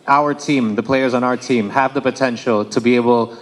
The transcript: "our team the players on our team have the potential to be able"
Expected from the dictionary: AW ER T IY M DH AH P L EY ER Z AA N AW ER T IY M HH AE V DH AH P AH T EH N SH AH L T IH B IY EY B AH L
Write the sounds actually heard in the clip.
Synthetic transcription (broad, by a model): AW ER T IY M DH AH P L EY ER Z N AW ER T IY M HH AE V DH AH P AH T EH N SH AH L T IH B IY EY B L